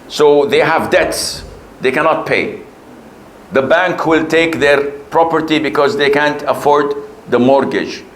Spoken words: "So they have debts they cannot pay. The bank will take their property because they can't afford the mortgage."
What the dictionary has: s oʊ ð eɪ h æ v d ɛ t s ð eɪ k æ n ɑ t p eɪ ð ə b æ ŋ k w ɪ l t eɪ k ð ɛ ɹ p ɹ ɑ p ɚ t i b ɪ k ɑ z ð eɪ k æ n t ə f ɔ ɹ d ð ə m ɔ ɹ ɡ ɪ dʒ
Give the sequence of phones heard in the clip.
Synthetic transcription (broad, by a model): s oʊ ð eɪ h æ v d ɛ t s ð eɪ k æ n ɑ t p eɪ ð ə b æ ŋ k w ɪ l t eɪ k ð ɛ ɹ p ɹ ɑ p ɚ t i b ɪ k ɑ z ð eɪ k æ n t ə f ɔ ɹ d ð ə m ɔ ɹ ɡ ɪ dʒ